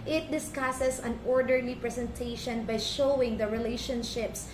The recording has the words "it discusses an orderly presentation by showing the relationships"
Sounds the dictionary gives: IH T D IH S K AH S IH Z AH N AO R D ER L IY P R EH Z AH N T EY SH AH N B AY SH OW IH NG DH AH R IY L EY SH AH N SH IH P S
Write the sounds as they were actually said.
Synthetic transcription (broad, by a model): IH T D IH S K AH S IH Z AH N AO R D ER N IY P R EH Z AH N T EY SH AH N B AY SH OW IH NG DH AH R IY L EY SH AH N SH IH P S